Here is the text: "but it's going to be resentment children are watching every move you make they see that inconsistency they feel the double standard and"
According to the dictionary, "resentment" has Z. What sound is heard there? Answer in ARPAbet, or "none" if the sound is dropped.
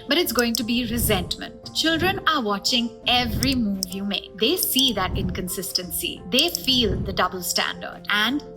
Z